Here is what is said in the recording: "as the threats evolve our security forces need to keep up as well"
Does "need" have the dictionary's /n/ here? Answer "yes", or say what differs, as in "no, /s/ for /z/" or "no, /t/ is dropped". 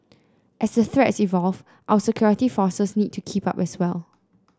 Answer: yes